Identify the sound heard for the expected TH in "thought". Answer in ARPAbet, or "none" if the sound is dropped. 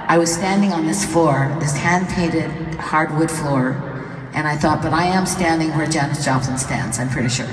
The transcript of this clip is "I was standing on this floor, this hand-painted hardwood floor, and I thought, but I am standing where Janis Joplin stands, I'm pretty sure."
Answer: TH